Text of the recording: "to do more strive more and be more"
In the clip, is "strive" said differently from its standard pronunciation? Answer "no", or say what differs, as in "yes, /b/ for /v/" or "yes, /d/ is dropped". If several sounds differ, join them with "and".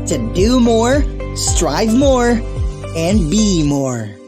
no